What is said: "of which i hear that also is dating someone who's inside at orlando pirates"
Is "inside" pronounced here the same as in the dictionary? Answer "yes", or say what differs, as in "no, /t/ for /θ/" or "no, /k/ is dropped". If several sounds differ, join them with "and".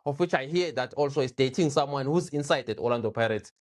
yes